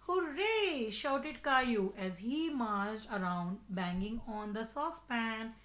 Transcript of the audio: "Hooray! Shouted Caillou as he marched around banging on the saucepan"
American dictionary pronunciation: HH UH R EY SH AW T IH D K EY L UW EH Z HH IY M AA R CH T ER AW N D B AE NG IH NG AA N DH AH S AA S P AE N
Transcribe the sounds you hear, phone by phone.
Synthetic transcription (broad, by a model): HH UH R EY SH AW T IH D K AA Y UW EH Z HH IY M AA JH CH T ER AW N D B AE NG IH NG AA N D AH S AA S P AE N